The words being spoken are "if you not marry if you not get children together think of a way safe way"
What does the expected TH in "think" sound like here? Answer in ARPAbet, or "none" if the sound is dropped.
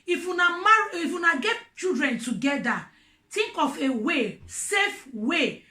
T